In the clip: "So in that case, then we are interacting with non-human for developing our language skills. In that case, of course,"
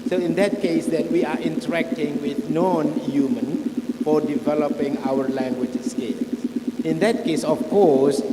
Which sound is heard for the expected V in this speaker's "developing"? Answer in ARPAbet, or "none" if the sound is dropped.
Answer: V